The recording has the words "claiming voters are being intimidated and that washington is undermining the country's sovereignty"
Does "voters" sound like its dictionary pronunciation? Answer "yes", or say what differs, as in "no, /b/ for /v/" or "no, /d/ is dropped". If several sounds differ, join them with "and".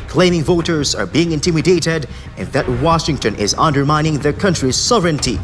yes